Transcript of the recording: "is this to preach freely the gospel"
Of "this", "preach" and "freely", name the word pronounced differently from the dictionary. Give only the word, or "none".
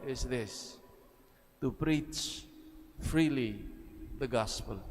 none